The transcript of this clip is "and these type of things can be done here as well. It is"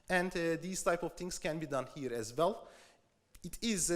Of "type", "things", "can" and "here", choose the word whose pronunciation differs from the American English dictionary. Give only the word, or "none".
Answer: things